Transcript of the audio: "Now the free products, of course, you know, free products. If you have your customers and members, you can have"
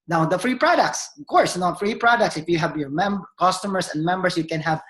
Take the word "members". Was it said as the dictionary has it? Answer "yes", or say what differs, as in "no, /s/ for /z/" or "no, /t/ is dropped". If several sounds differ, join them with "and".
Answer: no, /s/ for /z/